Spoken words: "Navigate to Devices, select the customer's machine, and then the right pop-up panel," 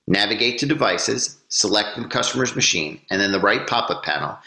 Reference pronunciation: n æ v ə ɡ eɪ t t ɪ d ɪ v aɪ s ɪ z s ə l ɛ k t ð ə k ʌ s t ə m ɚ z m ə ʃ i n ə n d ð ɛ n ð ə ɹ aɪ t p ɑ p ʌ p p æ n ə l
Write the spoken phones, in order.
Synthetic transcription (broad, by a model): n æ v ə ɡ eɪ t t ɪ d ɪ v aɪ s ɪ z s ə l ɛ k t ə k ʌ s t ə m ɚ z m ə ʃ i n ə n ð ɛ n ð ə ɹ aɪ t p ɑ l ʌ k p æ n l